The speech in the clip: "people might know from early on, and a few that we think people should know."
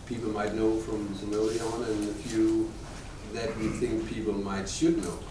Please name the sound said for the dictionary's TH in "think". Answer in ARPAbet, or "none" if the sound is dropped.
TH